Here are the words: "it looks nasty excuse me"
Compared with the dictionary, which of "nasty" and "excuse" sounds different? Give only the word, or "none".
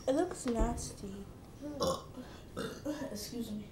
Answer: nasty